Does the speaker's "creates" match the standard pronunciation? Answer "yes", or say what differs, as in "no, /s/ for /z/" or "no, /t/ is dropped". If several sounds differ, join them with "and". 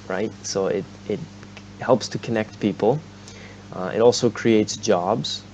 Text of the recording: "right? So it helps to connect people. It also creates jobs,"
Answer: yes